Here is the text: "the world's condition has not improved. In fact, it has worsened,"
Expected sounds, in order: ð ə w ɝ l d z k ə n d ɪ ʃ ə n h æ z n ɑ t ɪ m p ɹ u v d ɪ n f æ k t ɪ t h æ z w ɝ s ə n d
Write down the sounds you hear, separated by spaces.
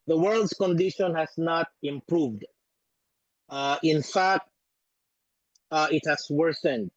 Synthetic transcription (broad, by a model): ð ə w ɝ l d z k ə n d ɪ ʃ ə n h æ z n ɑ t ɪ m p ɹ u v d ɪ n f æ k t ɪ t h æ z w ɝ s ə n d